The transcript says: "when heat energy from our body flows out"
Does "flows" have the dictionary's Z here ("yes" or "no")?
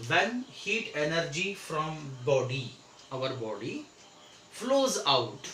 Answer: yes